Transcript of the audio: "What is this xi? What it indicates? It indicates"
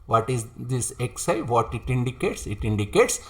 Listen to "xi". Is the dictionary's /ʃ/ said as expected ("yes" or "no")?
no